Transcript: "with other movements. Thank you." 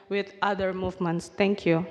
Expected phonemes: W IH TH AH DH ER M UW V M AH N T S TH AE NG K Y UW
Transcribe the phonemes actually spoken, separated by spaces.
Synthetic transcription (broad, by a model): W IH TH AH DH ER M UW V M AH N T S T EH NG K Y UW